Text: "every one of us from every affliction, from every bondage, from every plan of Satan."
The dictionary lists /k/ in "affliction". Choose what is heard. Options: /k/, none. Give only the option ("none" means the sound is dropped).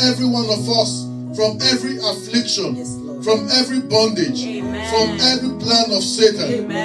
/k/